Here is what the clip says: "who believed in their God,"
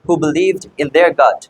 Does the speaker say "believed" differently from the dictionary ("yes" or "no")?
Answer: no